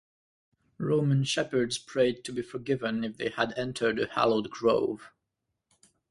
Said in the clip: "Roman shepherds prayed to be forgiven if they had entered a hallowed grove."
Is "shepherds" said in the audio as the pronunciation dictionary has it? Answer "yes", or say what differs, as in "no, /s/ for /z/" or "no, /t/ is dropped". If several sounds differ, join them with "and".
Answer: yes